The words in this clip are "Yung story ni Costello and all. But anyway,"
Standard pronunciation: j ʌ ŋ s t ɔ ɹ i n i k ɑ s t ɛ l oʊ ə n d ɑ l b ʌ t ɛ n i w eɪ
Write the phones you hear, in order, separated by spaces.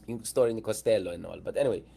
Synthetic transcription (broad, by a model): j s t ɔ ɹ i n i k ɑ s t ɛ l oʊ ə n ɑ l b ʌ t ɛ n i w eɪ